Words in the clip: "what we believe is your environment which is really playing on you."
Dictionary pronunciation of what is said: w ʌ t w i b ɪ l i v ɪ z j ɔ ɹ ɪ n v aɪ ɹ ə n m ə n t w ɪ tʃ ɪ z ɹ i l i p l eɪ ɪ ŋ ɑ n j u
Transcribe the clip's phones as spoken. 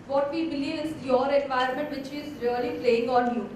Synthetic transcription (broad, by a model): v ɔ t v i b ɪ l i v ɪ z j ɔ ɹ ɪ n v aɪ ə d m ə n t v ɪ tʃ ɪ z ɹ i l i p l eɪ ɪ ŋ ɑ n j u